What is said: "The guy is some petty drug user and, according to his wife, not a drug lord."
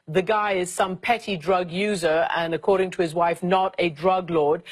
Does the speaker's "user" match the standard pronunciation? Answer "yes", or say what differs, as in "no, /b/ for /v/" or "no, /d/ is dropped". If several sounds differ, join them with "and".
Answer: yes